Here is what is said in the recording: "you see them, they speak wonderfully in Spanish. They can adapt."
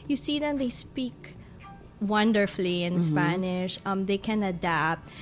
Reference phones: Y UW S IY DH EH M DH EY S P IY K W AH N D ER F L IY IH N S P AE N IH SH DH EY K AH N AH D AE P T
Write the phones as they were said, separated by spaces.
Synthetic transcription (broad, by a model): Y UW S IY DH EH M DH EY S P IY K W AH N D ER F L IY IH N S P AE N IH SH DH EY K AH N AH D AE P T